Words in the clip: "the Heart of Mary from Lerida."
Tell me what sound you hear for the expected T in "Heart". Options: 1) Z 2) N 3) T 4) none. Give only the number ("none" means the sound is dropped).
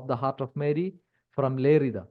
3